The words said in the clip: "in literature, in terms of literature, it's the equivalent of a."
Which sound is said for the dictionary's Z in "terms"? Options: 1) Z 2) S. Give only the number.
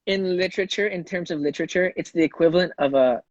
1